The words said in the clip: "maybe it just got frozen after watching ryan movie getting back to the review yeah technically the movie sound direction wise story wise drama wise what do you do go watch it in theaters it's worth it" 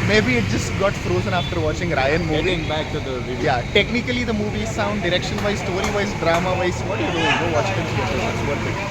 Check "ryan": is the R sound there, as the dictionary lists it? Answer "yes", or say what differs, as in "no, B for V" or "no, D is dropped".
yes